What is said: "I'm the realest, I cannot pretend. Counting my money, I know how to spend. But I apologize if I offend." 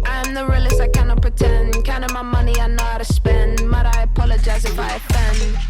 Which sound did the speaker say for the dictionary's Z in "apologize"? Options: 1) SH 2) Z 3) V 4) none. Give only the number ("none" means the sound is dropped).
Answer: 2